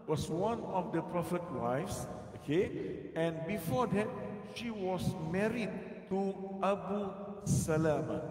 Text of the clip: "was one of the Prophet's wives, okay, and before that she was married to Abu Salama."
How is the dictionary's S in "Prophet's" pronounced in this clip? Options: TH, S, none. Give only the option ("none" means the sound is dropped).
none